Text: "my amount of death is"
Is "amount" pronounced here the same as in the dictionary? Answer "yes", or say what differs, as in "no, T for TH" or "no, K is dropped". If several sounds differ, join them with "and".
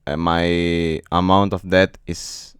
yes